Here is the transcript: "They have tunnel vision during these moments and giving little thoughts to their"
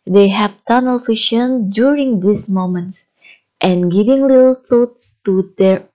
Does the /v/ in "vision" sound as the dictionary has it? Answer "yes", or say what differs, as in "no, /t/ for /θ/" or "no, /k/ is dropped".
no, /f/ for /v/